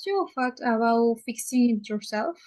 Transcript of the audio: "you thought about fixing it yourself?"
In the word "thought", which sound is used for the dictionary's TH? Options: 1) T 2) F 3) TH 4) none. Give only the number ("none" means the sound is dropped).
2